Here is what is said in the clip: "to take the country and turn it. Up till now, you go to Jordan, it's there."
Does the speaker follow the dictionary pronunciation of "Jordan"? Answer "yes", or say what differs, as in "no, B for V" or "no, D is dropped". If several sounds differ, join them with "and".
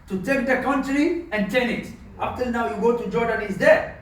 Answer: yes